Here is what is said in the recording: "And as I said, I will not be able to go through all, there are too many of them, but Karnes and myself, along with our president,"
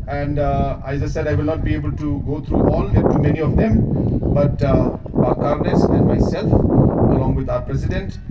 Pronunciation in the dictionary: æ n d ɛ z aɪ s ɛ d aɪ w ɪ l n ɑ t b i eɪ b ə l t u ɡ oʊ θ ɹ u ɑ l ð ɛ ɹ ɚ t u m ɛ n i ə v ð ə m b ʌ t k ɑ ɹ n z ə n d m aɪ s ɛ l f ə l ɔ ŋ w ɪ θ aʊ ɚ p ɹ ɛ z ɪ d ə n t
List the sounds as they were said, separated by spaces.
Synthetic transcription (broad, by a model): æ n d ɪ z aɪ s ɛ d aɪ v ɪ l n ɑ t b i eɪ b ə l t u ɡ oʊ t ɹ u ɑ l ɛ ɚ t u m ɛ n i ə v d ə m b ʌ t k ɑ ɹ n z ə n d m aɪ s ɛ l f ə l ɔ ŋ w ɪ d aʊ ɚ p ɹ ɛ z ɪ d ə n t